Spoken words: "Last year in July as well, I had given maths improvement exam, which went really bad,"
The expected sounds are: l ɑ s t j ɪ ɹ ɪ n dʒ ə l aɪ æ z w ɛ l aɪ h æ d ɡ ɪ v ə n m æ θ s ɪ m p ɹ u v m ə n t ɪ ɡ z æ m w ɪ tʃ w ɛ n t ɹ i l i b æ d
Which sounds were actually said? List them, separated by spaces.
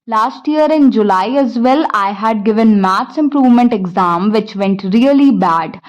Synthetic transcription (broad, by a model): l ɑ s t j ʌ ɹ ɪ n dʒ ə l aɪ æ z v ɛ l aɪ h æ d ɡ ɪ v ə n m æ t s ɪ m p ɹ u v m ə n t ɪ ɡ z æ m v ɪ tʃ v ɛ n t ɹ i l i b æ d